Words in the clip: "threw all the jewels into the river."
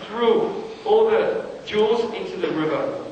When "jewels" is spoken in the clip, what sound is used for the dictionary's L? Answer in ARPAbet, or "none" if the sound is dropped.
none